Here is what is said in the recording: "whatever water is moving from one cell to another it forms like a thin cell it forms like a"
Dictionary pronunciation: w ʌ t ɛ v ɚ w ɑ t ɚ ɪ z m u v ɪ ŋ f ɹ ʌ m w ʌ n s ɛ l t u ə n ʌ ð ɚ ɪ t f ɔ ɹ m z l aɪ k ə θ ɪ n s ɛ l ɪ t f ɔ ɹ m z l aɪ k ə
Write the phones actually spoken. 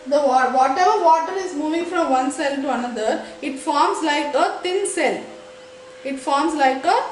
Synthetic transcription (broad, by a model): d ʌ t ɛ v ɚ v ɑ t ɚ ɪ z m u v ɪ ŋ f ɹ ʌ m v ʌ n s ɛ l t u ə n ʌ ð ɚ ɪ t f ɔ ɹ m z l aɪ k ə t ɪ n s ɛ l ɪ t f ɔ ɹ m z l aɪ k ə